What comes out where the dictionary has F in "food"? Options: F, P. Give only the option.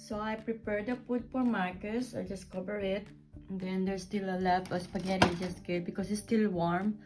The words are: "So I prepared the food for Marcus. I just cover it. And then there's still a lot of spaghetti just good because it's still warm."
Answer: P